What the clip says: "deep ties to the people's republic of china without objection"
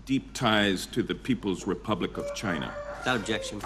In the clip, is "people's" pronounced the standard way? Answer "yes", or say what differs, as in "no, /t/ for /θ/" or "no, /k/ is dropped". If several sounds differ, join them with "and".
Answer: yes